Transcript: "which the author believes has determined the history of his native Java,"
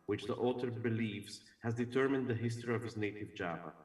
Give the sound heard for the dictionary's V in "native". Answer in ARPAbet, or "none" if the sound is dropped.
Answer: V